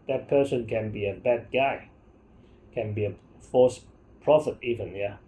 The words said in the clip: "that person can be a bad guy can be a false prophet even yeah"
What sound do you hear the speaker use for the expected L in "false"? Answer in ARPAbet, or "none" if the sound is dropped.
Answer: none